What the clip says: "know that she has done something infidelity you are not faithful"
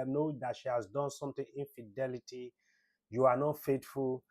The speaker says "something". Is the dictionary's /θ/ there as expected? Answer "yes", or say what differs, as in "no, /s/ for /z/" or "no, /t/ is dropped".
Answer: no, /t/ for /θ/